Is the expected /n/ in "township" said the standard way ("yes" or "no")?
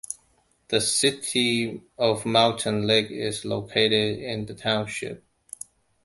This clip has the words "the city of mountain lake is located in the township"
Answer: yes